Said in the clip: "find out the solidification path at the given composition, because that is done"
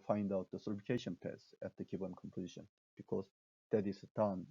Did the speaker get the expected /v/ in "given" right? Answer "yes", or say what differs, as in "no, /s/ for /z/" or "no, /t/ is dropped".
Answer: no, /b/ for /v/